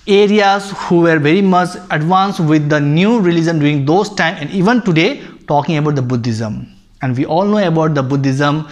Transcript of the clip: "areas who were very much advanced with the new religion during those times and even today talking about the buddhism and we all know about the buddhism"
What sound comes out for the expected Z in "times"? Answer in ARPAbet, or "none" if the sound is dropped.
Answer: none